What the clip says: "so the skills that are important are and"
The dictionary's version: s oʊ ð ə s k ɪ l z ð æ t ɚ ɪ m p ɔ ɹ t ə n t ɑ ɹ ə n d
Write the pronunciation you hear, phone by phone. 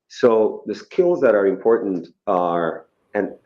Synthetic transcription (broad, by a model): s oʊ ð ə s k ɪ l z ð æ t ɚ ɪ m p ɔ ɹ t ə n t ɑ ɹ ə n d